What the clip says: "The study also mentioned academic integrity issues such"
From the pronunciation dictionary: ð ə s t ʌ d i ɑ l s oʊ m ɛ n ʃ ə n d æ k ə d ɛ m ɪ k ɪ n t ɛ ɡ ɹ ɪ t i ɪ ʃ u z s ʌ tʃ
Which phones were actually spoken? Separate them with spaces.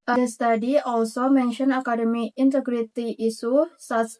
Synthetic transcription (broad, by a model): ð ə s t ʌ d i ɑ l s oʊ m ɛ n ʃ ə n ɑ k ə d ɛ m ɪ ɪ n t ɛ ɡ ɹ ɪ t i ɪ s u s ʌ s